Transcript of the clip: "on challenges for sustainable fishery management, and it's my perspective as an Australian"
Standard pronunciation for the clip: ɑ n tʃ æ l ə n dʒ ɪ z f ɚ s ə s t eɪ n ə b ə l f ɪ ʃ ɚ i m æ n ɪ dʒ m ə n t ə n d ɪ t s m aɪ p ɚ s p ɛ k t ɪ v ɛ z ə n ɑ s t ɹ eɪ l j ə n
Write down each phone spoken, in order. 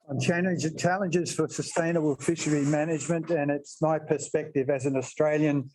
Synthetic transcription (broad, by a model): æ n tʃ æ l ə n dʒ ɪ z f ɚ s ə s t eɪ n ə b ə l f ɪ ʃ ɚ i m æ n ɪ dʒ m ə n t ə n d ɪ t s m aɪ p ɚ s p ɛ k t ɪ v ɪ z ə n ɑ s t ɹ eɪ l j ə n